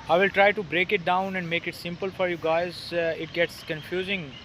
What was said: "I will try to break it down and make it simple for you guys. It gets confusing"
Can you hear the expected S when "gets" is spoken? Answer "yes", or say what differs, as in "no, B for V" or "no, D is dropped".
yes